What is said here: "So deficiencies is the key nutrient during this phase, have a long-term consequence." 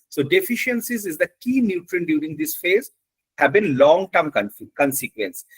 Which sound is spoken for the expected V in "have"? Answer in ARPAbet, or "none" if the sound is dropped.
B